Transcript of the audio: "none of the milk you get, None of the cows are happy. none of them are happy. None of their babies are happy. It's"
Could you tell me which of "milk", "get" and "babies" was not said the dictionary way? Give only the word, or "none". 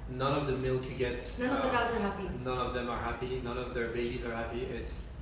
none